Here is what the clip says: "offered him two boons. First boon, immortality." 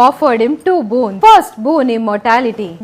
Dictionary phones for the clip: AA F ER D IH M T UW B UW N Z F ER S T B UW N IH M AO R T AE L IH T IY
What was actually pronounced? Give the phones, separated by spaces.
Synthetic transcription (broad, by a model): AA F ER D IH M T UW B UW N F ER S T B UW N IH M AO R T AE L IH T IY